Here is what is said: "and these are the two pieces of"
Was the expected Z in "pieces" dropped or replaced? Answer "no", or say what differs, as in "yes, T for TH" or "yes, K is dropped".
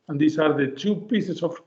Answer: yes, S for Z